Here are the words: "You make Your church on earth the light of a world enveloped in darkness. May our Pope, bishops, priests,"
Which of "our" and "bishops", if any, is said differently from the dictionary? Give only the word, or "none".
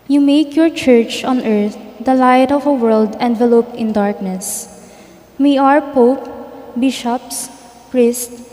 none